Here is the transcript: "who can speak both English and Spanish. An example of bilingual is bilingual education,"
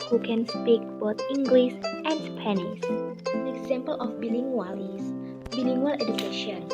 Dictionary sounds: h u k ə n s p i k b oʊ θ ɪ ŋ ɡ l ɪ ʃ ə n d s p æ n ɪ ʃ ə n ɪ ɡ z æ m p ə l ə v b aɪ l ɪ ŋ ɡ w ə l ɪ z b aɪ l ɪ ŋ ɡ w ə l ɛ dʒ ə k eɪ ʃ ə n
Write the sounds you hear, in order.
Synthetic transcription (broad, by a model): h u k ə n s p i k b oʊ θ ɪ ŋ ɡ l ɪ s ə n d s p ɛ n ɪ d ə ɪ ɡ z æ m p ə l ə f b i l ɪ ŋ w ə l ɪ s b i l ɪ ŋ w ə l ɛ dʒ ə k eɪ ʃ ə n